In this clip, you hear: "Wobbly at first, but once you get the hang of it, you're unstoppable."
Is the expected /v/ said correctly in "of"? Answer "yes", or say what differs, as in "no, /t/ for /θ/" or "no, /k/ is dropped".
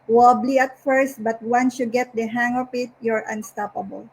no, /p/ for /v/